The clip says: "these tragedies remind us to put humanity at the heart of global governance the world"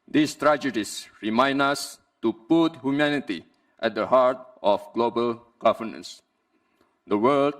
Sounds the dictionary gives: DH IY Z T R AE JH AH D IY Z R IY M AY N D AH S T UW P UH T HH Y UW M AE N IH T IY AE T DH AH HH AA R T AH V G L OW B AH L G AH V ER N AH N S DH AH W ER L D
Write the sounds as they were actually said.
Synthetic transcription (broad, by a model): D IY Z T R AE JH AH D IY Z R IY M AY N AH S T UW P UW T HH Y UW M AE N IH T IY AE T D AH HH AA R T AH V G L OW B AH L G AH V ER N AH N S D AH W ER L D